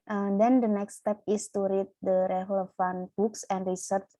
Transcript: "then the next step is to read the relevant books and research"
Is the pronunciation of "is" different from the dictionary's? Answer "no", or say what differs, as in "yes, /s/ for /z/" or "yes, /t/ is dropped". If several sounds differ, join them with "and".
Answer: yes, /s/ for /z/